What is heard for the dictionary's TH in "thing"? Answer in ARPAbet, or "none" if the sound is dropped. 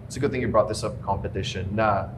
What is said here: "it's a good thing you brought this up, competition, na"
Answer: TH